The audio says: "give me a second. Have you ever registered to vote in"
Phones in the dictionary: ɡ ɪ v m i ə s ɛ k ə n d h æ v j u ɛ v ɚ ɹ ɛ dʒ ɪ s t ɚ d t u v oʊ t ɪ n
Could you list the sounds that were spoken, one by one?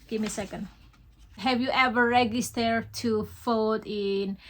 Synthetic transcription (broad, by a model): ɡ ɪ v m i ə s ɛ k ə n d h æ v j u ɛ v ɚ ɹ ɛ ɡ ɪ s t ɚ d t u f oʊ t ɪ n